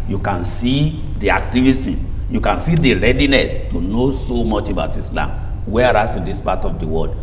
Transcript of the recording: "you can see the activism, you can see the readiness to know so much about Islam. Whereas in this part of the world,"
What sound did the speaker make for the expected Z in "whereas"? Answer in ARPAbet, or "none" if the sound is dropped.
S